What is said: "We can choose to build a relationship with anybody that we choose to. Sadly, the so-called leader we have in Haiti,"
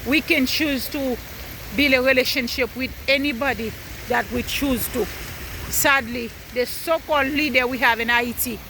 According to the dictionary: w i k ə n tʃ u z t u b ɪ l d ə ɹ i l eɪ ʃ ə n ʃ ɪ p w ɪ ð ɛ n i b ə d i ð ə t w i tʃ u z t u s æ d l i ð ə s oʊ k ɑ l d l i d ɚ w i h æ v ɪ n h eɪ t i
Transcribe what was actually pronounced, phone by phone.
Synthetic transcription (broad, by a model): w i k ə n tʃ u z t u b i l ə ɹ i l eɪ ʃ ə n ʃ ɪ p w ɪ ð ɛ n i b ə d i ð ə t w i tʃ u z t u s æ d l i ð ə s oʊ k ɑ l d l i d ɚ w i h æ v ɪ n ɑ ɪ t i